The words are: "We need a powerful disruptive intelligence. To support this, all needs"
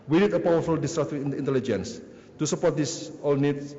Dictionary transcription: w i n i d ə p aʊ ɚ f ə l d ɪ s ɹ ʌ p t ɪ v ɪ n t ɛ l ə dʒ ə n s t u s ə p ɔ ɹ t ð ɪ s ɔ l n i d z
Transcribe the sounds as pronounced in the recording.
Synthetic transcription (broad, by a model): w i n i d ə p aʊ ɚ f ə l d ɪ s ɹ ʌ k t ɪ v ɪ n t ɛ l ə dʒ ə n s t u s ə p ɔ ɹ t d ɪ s ɔ l n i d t